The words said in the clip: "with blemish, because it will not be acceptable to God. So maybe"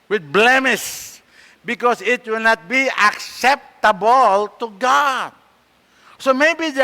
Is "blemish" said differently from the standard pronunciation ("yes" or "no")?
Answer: yes